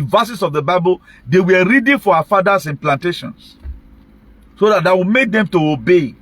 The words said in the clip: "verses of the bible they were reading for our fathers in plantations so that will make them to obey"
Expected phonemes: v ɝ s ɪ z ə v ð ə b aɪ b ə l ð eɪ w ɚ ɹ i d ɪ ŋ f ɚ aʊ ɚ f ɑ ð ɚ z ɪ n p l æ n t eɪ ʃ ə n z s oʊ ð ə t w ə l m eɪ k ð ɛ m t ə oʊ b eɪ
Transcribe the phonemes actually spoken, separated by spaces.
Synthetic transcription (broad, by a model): v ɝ s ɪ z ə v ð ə b aɪ b ə l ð eɪ w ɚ ɹ i d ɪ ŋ f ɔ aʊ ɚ f ɑ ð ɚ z ɪ n p l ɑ n t eɪ ʃ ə n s s oʊ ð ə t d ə w m eɪ k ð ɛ m t ə oʊ b eɪ